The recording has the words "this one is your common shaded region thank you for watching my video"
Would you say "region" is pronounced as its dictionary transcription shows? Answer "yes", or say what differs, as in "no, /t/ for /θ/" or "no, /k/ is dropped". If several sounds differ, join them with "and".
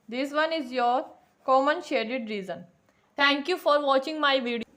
no, /z/ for /dʒ/